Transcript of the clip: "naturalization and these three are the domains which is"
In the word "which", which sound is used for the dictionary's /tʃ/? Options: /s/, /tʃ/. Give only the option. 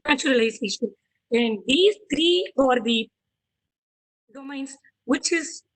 /tʃ/